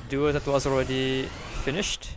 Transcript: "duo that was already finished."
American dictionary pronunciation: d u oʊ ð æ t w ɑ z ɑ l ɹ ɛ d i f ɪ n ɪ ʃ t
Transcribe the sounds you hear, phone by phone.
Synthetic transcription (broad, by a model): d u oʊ ð æ t w ɑ z ɑ l ɹ ɛ d i f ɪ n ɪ ʃ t